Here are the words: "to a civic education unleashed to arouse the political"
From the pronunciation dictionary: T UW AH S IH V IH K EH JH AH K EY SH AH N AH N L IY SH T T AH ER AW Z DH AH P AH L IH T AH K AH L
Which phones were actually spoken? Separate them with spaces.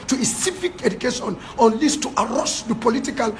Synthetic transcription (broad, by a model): T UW AH S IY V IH K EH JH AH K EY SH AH N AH N L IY S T T AH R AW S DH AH P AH L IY T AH K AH L